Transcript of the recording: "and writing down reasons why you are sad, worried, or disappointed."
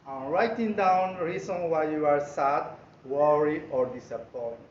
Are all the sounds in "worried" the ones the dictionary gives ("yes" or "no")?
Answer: no